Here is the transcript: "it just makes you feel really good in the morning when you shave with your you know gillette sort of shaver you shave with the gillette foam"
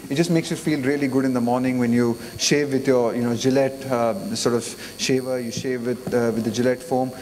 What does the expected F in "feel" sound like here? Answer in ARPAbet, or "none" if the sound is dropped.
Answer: F